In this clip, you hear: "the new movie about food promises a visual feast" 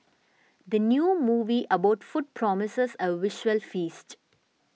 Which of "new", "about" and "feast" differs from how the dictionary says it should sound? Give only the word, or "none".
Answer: none